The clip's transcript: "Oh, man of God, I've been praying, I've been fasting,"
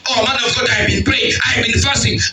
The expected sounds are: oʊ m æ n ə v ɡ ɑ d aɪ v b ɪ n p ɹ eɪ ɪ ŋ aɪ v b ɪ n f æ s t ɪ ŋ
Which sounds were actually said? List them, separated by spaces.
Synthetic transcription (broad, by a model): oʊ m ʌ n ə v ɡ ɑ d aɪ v b ɪ n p l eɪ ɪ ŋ aɪ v b ɪ n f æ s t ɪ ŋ